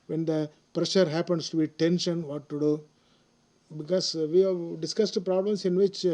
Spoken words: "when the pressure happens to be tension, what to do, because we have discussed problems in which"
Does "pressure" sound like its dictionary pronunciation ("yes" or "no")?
yes